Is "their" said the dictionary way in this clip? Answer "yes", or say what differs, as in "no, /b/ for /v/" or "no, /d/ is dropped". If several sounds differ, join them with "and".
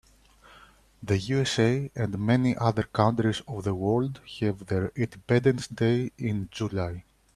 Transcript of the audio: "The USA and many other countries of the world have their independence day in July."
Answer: yes